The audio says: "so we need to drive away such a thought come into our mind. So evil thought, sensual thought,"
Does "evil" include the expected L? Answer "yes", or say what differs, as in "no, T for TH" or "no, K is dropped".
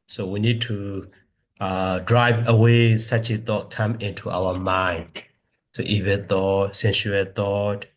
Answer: no, N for L